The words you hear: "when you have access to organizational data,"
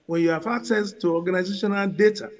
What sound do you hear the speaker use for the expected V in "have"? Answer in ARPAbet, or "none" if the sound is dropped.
F